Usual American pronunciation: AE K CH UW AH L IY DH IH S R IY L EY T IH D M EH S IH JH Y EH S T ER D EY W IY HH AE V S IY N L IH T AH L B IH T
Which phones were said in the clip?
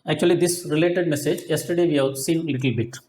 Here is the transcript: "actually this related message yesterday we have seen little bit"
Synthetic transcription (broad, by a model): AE K CH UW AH L IY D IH S R IY L EY T IH D M EH S IH JH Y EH S T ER D EY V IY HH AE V S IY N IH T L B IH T